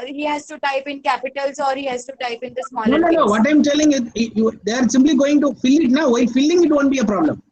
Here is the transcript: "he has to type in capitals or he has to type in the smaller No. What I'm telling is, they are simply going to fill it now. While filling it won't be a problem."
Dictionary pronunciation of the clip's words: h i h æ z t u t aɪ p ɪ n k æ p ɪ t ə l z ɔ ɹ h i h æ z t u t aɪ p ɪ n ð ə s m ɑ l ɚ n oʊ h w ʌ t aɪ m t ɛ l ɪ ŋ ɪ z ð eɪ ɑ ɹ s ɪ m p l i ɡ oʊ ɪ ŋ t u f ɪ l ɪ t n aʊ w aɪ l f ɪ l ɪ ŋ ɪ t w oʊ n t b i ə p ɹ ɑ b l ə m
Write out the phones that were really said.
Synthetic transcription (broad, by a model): h i h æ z t u t aɪ p ɪ n k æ p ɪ t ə l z ɔ ɹ h i h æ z t u t aɪ p ɪ n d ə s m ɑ n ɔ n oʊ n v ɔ t aɪ m t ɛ l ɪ ŋ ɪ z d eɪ ɑ ɹ s ɪ m p l i ɡ oʊ ɪ ŋ t u f ɪ l ɪ t n aʊ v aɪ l f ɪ l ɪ ŋ ɪ t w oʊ n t b i ə p ɹ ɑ b l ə m